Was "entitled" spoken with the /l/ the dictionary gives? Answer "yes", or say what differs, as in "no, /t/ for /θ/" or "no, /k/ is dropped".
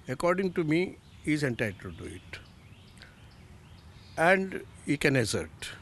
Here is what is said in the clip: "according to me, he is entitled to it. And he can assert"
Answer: no, /l/ is dropped